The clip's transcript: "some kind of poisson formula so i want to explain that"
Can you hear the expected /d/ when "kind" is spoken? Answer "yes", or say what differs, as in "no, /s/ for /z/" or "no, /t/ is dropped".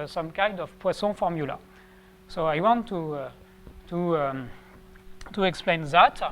yes